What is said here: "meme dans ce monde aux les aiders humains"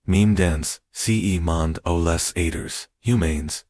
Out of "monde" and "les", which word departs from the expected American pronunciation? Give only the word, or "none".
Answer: none